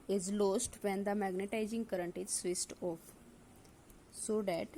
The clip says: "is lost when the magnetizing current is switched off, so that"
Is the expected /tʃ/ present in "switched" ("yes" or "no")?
no